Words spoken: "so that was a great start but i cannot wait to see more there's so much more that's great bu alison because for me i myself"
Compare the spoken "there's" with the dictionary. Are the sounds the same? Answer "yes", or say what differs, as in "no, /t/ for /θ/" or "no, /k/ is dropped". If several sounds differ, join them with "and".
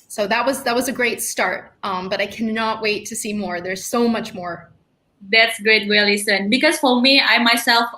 yes